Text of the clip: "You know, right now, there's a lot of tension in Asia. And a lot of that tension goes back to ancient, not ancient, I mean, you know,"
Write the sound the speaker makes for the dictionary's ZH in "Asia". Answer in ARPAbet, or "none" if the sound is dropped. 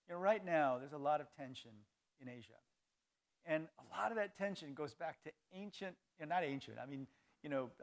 ZH